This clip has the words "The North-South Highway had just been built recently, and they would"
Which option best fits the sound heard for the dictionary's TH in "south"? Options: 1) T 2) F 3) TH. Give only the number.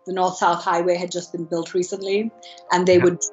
3